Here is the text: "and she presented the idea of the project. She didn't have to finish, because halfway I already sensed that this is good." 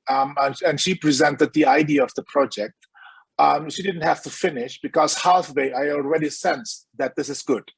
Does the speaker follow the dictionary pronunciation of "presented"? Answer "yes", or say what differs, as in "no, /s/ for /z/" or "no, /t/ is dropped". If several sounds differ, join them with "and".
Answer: yes